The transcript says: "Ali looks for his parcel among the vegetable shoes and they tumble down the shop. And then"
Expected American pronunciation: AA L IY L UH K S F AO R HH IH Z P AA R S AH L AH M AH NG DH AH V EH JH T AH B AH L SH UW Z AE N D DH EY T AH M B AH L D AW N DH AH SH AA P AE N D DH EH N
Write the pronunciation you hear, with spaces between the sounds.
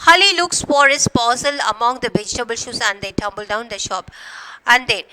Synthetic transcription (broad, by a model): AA L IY L UH K S F AO R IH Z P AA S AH L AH M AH NG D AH V EH JH T AH B AH L SH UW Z AE N D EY T AH M B AH L D AW N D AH SH AA P AE N D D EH N